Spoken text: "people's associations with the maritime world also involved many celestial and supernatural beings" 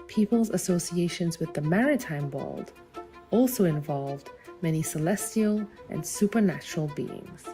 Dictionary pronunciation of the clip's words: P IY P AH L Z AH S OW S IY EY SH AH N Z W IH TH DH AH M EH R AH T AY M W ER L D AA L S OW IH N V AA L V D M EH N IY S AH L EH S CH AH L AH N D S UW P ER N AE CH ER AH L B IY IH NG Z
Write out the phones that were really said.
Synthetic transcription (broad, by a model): P IY P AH L Z AH S OW S IY EY SH AH N Z W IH DH AH M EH R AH T AY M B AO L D AA L S OW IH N V AA L V D M EH N IY S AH L EH S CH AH L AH N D S UW P ER N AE CH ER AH L B IY IH NG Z